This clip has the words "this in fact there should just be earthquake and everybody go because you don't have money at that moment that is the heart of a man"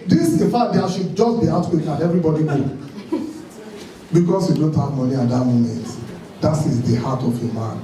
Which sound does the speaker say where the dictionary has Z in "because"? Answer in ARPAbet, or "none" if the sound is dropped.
S